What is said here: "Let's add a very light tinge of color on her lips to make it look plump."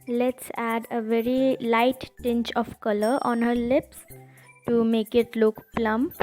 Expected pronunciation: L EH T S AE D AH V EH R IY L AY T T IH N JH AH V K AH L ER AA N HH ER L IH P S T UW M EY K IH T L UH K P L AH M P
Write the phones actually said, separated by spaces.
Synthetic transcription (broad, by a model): L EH T S AE D AH V EH R IY L AY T T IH N CH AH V K AH L ER AA N HH ER L IH P S T UW M EY K IH T L UH K P L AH M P